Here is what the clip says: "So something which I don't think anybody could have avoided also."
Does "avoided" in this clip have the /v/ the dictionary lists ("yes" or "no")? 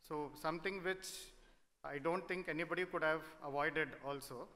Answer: yes